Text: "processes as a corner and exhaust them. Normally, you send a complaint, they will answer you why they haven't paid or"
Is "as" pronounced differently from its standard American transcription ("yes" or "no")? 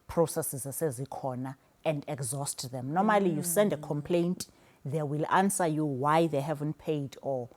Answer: no